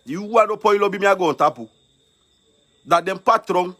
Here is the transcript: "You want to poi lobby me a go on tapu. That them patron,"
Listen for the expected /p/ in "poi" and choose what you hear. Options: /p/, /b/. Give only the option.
/p/